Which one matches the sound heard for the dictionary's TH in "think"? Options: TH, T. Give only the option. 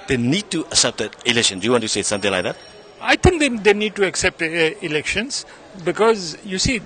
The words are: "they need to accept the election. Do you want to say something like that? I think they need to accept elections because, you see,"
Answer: T